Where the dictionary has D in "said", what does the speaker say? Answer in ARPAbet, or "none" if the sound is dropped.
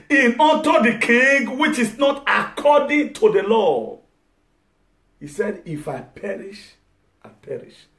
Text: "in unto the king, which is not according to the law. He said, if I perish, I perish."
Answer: D